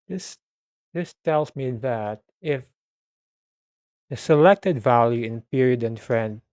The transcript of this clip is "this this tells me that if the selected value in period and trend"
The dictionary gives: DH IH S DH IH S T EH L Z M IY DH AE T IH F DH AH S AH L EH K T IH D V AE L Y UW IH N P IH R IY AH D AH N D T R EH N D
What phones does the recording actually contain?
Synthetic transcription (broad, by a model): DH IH S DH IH S T EH L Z M IY DH AE T IH F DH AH S AH L EH K T IH D V AE L Y UW IH N P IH R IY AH D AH N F R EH N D